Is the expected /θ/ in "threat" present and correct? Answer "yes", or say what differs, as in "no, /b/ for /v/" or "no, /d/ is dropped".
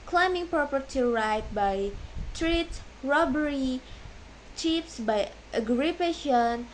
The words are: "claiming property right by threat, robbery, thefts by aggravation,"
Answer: no, /t/ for /θ/